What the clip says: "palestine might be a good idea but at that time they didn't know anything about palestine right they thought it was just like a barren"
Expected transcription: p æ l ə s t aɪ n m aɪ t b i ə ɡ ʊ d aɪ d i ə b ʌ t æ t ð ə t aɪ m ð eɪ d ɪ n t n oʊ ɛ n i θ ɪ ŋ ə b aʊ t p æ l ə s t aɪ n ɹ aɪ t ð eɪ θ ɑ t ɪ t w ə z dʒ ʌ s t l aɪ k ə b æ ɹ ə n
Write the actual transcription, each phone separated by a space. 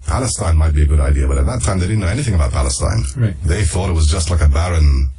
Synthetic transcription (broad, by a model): p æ l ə s t aɪ n m aɪ t b i ə ɡ ʊ d aɪ d i ə b ʌ t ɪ t ð ə t aɪ m ð eɪ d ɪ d n oʊ ɛ n i θ ɪ ŋ ə b aʊ t p æ l ə s t aɪ n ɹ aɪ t ð eɪ θ ɑ t ɪ t w ə z dʒ ʌ s t l aɪ k ə b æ ɹ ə n